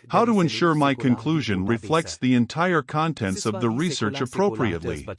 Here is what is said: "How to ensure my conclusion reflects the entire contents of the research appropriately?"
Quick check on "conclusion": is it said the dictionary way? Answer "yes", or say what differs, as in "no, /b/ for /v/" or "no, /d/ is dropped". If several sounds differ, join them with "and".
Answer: yes